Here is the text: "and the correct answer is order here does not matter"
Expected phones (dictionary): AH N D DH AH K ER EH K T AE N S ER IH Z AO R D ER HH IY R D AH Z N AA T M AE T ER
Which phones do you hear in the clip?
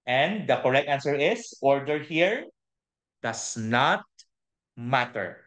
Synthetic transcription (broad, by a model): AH N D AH K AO EH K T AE N S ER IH S AO R D ER HH IY R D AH S N AA T M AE T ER